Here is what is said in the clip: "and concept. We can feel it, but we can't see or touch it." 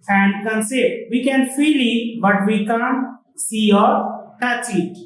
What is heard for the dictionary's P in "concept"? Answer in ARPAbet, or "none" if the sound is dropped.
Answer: none